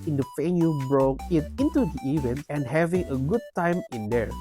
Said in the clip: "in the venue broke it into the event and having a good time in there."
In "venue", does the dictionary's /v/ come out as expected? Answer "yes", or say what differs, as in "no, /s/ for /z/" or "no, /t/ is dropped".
no, /f/ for /v/